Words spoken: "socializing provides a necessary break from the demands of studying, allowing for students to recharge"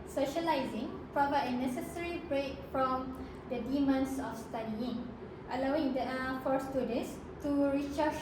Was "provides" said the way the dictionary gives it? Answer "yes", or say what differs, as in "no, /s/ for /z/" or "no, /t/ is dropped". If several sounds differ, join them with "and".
no, /z/ is dropped